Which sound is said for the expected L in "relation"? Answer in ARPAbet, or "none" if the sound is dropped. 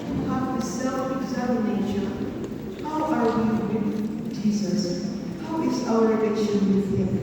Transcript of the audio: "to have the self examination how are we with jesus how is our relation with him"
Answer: N